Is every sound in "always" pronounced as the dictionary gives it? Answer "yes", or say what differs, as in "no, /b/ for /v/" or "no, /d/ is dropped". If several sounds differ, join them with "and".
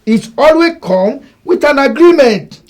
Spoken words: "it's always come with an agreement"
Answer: no, /z/ is dropped